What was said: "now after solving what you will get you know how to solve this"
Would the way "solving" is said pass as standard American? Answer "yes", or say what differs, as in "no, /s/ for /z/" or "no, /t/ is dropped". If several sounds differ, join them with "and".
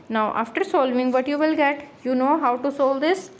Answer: yes